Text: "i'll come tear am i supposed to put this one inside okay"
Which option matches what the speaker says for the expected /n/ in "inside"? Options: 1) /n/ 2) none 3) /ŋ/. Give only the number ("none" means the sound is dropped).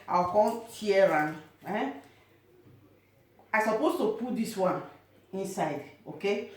1